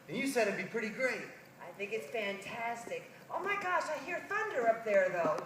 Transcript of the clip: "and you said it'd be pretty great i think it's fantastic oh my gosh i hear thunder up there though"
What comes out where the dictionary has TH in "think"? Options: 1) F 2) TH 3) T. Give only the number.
2